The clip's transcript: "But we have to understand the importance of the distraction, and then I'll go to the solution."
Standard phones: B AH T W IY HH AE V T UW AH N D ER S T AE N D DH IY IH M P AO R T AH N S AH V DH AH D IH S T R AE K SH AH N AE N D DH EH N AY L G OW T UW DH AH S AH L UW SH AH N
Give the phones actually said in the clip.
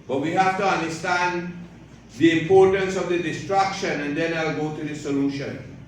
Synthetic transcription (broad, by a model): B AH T W IY HH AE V T UW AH N D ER S T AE N D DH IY IH M P AO R T AH N S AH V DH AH D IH S T R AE K SH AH N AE N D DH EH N AY L G OW T UW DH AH S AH L UW SH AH N